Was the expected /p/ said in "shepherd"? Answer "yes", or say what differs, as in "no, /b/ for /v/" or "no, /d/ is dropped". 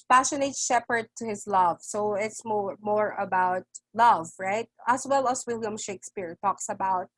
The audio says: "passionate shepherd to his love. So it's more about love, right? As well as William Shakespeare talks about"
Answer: yes